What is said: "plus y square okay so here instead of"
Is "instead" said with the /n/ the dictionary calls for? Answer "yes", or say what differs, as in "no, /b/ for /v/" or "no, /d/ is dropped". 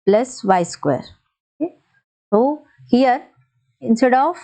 yes